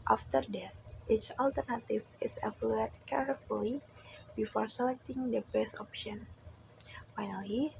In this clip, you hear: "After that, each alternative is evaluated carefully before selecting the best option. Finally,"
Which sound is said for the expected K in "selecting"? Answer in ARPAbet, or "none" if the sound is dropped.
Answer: K